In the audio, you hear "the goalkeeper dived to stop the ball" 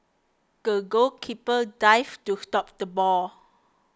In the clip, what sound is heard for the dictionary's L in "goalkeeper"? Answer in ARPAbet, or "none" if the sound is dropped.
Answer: none